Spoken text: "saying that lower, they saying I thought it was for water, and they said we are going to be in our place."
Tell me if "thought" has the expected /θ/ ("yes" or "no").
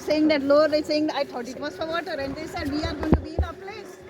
no